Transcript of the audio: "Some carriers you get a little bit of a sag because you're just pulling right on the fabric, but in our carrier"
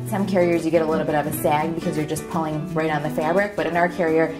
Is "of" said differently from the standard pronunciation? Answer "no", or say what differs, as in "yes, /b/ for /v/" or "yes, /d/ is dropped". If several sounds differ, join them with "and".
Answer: no